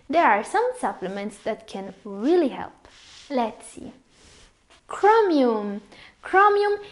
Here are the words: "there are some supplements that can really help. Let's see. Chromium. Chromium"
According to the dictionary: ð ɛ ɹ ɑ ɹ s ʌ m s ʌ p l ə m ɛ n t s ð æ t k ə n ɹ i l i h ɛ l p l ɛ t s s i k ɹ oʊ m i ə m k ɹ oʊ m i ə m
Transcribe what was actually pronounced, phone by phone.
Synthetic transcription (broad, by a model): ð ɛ ɹ ɑ ɹ s ʌ m s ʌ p l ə m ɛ n t s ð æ t k ə n ɹ i l i h ɛ l p l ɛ t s s i k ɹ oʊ m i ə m k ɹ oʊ m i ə m